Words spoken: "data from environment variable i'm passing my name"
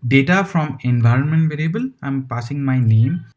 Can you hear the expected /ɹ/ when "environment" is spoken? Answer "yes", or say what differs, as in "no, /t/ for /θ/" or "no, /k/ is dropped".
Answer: yes